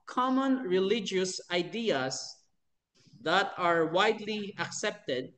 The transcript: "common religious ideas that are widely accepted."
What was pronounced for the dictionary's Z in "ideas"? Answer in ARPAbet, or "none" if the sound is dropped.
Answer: S